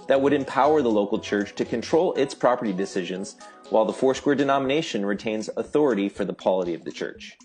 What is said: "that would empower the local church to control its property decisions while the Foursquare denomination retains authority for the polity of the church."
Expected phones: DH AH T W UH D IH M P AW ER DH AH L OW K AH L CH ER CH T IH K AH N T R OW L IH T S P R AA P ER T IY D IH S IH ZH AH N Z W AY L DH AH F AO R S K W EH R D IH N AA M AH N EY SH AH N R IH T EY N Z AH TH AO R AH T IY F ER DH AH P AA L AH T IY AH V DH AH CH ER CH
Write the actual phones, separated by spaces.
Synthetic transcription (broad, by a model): DH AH T W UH D IH M P AW ER DH AH L OW K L CH ER CH T IH K AH N T R OW L IH T S P R AA P ER T IY D IH S IH ZH AH N Z W AY L DH AH F AO R S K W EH R D IH N AA M AH N EY SH AH N R IH T EY N Z AH TH AO R AH T IY F ER DH AH P AA L AH T IY AH V DH AH CH ER CH